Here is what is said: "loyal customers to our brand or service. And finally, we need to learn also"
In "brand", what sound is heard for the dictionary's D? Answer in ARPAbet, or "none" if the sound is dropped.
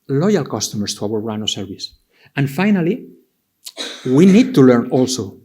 none